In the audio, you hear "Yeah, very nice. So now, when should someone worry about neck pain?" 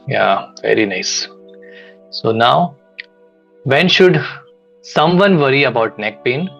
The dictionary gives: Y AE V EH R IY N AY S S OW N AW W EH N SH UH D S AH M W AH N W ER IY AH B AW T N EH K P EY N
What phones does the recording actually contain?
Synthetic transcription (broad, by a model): Y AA V EH R IY N AY S S OW N AW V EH N SH UH D S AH M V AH N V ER IY AH B AW T N EH K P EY N